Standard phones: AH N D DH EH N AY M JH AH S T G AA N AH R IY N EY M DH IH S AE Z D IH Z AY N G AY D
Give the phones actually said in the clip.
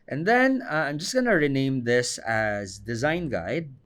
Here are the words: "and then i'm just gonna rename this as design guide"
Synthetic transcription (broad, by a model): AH N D DH EH N AY M JH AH S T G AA N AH R IY N EY M DH IH S AE Z D IH Z AY N G AY D